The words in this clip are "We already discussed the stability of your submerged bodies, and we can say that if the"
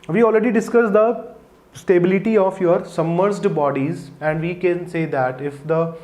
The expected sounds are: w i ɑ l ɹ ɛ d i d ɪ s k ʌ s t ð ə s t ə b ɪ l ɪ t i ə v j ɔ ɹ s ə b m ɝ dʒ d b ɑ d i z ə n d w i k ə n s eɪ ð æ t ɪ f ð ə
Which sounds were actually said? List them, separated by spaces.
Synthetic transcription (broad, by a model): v i ɑ l ɹ ɛ d i d ɪ s k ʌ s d ə s t ə b ɪ l ɪ t i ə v j ɔ ɹ s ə m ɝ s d b ɑ d i z ə n d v i k ə n s eɪ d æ t ɪ f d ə